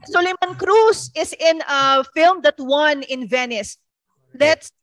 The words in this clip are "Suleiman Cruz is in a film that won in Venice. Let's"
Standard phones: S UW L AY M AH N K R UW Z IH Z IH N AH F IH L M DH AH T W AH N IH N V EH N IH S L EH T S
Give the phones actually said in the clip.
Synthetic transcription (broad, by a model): S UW L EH M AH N K R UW S IH S IH N AH F IH L M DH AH T W AH N IH N V EH N IH S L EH T S